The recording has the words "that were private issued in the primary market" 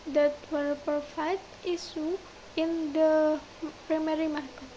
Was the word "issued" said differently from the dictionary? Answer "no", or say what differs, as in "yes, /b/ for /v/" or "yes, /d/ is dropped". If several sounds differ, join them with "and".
yes, /d/ is dropped